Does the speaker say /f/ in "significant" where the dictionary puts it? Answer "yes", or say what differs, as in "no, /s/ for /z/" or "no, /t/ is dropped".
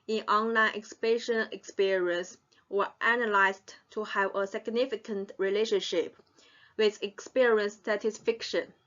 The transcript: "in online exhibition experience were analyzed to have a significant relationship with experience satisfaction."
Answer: yes